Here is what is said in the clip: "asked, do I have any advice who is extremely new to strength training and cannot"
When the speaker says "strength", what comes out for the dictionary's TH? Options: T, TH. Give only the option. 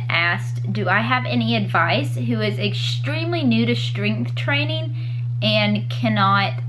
TH